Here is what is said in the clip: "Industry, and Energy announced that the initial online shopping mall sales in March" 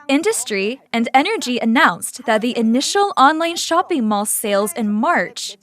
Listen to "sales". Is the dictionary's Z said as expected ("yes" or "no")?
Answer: yes